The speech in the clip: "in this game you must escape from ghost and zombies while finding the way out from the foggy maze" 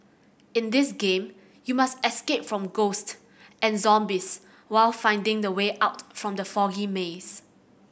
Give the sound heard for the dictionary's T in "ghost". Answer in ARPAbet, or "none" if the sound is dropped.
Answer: T